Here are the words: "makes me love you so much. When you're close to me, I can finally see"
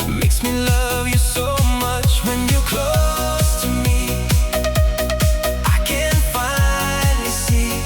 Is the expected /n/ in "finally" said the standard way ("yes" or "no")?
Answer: no